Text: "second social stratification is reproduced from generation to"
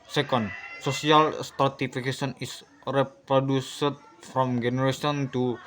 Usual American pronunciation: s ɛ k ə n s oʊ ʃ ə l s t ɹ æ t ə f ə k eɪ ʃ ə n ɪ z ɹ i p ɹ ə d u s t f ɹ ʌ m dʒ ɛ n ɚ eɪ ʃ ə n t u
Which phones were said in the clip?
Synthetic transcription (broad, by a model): s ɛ k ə n s oʊ s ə l s t ɹ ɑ t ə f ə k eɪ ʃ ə n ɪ s ɹ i p ɹ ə d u s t f ɹ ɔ m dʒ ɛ n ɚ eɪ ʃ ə n t u